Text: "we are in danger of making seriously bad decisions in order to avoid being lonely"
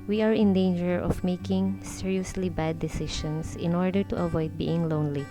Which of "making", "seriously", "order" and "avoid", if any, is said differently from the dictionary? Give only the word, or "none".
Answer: none